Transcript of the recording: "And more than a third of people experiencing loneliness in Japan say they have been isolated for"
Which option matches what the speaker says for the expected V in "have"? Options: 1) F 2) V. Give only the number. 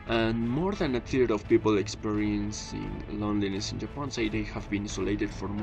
2